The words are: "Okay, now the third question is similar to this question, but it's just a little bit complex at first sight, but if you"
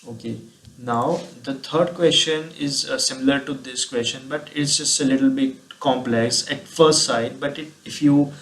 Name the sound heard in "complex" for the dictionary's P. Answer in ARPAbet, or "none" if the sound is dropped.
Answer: P